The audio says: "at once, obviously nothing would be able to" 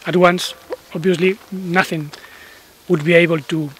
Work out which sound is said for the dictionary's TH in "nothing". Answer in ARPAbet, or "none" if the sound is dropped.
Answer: TH